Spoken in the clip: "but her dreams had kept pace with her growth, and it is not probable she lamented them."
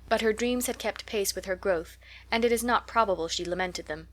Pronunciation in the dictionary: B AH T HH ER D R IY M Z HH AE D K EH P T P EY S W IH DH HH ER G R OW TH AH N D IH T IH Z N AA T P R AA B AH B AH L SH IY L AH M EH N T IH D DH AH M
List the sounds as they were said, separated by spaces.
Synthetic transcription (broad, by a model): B AH T HH ER D R IY M Z HH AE D K EH P T P EY S W IH DH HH ER G R OW TH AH N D IH T IH Z N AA T P R AA B AH B AH L SH IY L AH M EH N T IH D DH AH M